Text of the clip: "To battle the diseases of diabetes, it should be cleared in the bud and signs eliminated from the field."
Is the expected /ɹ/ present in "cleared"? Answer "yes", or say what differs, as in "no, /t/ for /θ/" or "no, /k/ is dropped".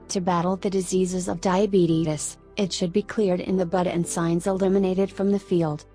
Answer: yes